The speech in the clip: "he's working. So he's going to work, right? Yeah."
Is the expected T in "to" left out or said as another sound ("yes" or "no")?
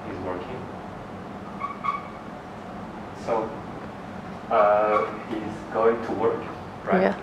no